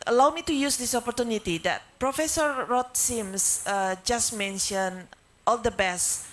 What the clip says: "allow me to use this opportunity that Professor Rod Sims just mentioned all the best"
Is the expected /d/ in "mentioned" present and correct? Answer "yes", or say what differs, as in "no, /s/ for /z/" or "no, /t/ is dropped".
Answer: no, /d/ is dropped